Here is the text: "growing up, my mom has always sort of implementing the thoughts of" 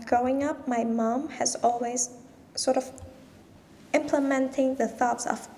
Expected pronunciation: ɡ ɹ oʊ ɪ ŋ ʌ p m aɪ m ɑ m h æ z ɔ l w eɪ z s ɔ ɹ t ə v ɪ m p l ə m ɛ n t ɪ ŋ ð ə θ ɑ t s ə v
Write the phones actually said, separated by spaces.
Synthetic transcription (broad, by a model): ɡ ɹ oʊ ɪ ŋ ʌ p m aɪ m ɑ m h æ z ɔ l w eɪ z s ɔ ɹ t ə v ɪ m p l ə m ɛ n t ɪ ŋ ð ə θ ɑ t s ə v